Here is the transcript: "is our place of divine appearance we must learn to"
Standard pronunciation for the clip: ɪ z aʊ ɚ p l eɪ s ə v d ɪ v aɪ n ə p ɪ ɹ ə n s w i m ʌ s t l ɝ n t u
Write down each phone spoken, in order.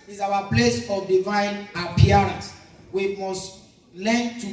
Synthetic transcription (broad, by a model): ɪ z aʊ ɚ p l eɪ s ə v d ɪ v aɪ n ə p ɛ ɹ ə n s w i m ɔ s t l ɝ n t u